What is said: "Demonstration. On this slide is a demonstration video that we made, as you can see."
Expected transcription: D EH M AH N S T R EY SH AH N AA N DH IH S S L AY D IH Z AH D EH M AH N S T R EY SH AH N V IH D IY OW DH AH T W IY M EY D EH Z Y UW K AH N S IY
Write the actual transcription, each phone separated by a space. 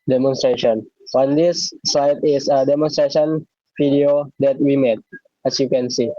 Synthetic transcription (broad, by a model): D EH M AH N S T R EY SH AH N AA N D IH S S AY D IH S AH D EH M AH N S T R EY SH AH N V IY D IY OW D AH T W IY M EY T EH S Y UW K AH N S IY